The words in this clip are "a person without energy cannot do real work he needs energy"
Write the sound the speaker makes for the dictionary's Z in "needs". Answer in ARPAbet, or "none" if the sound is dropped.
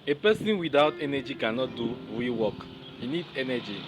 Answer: none